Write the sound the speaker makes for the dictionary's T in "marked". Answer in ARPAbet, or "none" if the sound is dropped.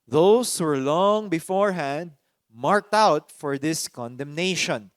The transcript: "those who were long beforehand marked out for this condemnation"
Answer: T